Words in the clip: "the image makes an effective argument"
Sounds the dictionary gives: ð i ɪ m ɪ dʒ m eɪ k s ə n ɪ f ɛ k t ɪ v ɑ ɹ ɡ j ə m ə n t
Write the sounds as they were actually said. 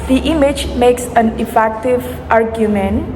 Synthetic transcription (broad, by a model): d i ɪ m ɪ dʒ m eɪ k s ə n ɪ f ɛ k t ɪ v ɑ ɹ ɡ j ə m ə n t